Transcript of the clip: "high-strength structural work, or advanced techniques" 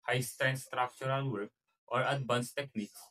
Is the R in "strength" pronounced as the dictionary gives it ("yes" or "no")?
no